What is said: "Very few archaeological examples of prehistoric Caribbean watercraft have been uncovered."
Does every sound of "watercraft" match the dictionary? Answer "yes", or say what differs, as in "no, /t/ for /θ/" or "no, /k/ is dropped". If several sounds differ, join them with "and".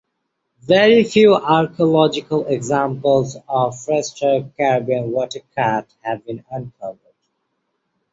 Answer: no, /ɹ/ is dropped and /f/ is dropped